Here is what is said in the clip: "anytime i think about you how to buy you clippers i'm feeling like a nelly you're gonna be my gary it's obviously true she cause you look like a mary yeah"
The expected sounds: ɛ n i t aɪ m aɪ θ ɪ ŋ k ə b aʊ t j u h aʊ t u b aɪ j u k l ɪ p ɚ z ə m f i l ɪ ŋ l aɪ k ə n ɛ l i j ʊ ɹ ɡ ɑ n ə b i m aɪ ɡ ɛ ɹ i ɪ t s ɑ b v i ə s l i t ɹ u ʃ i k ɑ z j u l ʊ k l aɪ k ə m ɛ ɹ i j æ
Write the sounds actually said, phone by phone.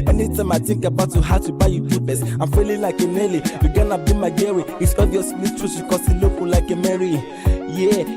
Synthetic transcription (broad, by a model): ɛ n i t aɪ m aɪ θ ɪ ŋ k ə b aʊ t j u h aʊ t u b aɪ j u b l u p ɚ s ə m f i l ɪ l aɪ k ə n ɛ l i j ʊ ɡ ɑ n ə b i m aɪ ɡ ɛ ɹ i ɪ t s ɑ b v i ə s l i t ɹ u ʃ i k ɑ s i l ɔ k l aɪ k ə m ɛ ɹ i j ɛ